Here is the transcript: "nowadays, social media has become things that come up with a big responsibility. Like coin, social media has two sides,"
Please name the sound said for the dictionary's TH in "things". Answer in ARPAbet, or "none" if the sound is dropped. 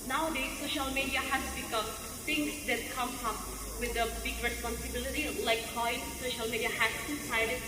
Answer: T